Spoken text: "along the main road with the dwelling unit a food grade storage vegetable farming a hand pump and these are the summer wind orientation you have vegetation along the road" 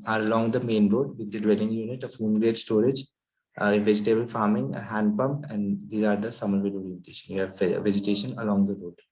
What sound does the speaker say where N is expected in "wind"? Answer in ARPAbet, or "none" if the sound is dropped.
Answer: none